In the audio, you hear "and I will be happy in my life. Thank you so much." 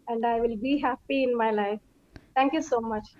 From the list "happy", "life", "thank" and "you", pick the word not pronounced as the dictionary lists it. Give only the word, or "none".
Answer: thank